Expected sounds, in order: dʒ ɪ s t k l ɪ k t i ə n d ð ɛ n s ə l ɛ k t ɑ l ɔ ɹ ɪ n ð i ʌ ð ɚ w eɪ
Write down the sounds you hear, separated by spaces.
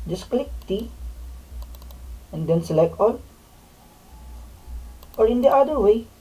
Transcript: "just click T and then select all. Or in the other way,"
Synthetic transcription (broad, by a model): dʒ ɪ s k l ɪ k t i ə n d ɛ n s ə l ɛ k ɑ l ɔ ɹ ɪ n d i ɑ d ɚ w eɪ